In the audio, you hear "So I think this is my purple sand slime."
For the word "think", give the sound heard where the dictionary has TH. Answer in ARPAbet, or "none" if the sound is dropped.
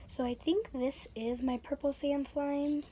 TH